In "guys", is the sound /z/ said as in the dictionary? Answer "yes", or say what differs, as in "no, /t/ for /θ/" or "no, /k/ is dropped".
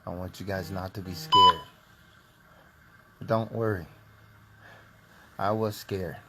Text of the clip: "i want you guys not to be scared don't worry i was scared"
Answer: yes